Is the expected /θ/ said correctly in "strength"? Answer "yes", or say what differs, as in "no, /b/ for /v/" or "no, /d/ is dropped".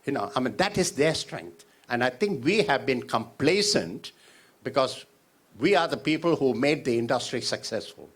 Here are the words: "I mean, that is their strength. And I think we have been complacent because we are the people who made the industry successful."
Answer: no, /t/ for /θ/